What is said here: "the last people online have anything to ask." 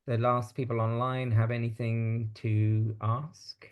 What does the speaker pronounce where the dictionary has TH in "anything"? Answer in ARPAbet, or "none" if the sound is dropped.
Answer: TH